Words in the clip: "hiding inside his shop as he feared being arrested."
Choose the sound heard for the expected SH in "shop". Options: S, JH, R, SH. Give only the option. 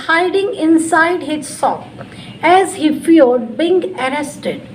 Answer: S